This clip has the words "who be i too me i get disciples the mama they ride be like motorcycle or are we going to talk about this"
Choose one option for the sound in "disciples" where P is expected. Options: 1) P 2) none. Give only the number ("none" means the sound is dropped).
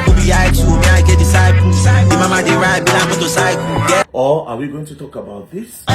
2